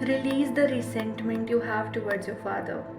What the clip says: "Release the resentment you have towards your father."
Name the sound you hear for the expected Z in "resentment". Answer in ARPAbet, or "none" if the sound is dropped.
S